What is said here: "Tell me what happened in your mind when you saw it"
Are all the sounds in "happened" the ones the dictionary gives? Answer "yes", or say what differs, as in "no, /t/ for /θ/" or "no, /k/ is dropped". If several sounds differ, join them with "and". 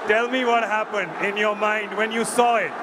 yes